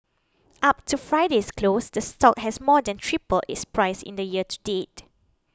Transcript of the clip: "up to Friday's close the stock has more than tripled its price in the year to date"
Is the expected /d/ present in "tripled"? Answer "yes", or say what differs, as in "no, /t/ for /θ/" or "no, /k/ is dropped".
no, /d/ is dropped